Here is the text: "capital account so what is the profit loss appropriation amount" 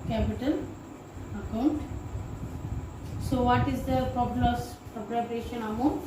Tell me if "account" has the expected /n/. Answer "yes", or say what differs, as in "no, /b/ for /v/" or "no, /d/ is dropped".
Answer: yes